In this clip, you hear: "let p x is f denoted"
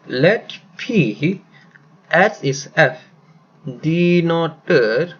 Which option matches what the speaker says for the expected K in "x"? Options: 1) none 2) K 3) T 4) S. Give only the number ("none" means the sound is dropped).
1